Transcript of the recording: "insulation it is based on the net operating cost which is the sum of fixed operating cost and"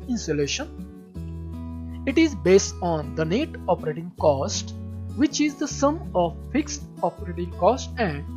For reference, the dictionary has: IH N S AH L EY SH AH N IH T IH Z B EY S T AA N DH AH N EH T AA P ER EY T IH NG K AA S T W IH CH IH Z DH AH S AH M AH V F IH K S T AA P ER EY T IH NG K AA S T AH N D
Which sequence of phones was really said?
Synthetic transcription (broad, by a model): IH N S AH L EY SH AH N IH T IH Z B EY S T AA N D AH N EH T AA P ER EY T IH NG K AA S T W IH CH IH Z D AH S AH M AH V F IH K S T AA P ER EY T IH NG K AA S T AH N D